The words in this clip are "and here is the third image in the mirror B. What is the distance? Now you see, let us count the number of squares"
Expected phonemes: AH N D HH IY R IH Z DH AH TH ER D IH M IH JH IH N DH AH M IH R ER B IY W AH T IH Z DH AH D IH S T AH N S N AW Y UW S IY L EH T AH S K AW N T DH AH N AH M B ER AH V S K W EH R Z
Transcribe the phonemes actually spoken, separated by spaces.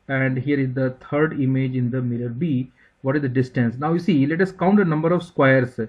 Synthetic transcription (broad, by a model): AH N D HH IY R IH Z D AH T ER D IH M IH JH IH N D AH M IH L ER B IY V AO T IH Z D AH D IH S T AH N S N AW Y UW S IY L EH T AH S K AW N T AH N AH M B ER AH V S K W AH R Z